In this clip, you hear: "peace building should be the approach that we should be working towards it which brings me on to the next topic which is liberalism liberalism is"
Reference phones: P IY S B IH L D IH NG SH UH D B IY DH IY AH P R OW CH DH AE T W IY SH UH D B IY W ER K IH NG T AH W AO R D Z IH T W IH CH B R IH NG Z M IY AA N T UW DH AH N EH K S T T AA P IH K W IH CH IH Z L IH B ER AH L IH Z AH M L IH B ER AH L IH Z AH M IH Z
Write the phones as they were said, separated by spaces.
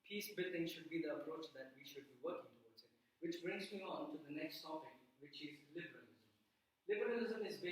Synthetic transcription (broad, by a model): P IY S B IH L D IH NG SH UH D B IY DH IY AH P R OW CH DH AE T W IY SH UH D B IY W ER K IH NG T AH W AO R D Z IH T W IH CH B R IH NG Z M IY AA N T UW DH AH N EH K S T S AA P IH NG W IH CH IH Z L IH B ER AH L IH Z AH M L IH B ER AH L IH Z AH M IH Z